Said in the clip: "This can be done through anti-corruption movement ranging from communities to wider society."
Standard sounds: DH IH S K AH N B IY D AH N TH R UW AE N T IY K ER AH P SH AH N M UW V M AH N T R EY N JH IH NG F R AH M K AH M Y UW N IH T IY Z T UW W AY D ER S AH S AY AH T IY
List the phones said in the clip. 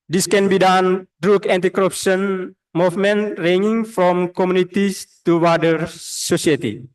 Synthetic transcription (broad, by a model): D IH S K AH N B IY D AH N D R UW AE N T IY K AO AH P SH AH N M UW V M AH N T R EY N IH NG F R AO M K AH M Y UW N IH T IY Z T UW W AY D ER S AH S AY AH T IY